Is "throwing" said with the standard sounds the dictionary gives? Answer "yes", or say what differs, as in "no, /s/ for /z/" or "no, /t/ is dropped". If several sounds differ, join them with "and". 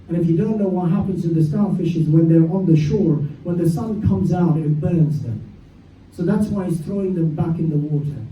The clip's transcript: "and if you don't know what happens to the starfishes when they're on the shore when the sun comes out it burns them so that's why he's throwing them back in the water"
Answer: yes